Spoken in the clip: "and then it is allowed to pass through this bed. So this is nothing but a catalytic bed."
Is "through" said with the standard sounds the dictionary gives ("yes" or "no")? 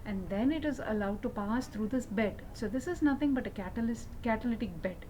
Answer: no